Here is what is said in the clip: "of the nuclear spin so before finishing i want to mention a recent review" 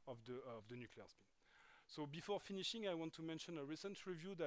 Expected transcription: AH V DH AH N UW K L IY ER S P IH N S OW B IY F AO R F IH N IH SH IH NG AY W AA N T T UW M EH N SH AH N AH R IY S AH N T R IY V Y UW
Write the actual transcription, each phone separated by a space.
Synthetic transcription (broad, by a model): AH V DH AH N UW K L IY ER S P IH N S OW B IY F AO R F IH N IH SH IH NG AY W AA N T T UW M EH N SH AH N AH R IY S AH N T R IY V Y UW